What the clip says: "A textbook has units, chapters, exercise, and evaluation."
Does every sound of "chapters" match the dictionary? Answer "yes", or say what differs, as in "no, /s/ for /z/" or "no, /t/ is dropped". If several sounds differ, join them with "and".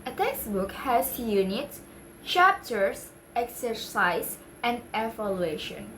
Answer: no, /s/ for /z/